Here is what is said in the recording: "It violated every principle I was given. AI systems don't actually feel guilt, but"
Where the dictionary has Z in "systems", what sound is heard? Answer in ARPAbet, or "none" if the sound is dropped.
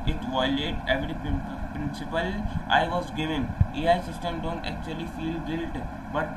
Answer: none